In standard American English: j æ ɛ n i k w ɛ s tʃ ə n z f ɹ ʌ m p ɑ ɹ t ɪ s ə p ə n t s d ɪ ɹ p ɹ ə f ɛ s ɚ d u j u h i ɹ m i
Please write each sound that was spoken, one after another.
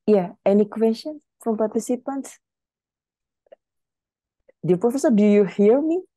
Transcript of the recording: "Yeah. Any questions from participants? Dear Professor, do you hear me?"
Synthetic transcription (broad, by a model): j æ ɛ n i k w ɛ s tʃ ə n f ɹ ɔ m p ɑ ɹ t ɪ s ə p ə n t d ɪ p ɹ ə f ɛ s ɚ d u j u h i ɹ m i